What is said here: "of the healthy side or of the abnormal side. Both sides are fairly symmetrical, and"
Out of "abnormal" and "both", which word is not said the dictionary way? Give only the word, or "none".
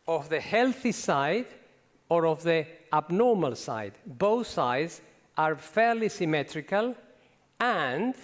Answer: none